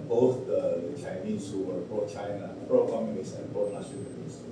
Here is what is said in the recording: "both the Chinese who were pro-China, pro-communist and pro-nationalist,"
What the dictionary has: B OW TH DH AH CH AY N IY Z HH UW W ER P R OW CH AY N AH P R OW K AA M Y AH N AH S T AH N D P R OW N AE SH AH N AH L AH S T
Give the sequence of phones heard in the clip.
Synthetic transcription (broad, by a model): B OW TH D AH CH AY N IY S HH UW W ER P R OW CH AY N AH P R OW K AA M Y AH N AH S AH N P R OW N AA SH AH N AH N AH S